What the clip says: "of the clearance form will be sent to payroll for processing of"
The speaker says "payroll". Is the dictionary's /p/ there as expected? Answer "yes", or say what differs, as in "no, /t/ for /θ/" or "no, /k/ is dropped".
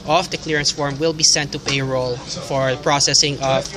yes